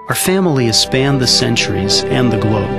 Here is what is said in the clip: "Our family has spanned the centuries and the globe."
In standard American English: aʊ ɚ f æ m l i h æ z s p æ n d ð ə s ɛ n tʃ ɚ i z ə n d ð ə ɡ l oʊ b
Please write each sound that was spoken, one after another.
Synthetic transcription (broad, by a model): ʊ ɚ f æ m l i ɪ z s p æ n ð ə s ɛ n tʃ ɚ i z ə n ð ə ɡ l oʊ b